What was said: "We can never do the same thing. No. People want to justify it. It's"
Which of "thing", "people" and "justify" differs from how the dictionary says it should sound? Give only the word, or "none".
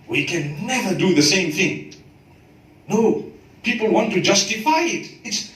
none